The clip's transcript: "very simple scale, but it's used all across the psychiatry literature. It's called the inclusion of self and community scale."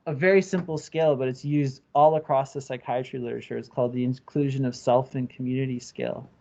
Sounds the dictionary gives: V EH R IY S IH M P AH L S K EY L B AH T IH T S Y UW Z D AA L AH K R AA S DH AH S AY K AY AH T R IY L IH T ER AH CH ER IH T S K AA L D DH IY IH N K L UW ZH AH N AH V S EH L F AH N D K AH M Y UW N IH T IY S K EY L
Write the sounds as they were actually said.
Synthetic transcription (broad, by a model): V EH R IY S IH M P L S K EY L B AH T IH T S Y UW Z D AA L AH K R AA S DH AH S AY K AY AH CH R IY L IH T ER AH CH ER IH T S K AA L D DH IY IH N K L UW ZH AH N AH V S EH L F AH N K M Y UW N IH T IY S K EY L